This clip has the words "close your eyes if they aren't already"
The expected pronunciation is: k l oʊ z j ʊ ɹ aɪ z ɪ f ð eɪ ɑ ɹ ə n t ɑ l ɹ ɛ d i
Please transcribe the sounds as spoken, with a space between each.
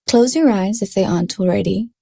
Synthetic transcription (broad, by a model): k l oʊ z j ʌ ɹ aɪ z ɪ f ð eɪ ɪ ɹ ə n t l ɹ ɛ d i